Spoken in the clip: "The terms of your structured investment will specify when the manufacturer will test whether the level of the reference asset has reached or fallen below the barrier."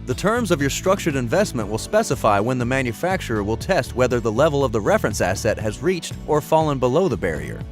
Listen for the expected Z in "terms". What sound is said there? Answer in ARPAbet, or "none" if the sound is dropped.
Z